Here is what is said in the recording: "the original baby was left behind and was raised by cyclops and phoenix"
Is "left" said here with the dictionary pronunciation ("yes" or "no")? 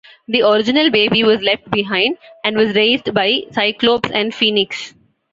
yes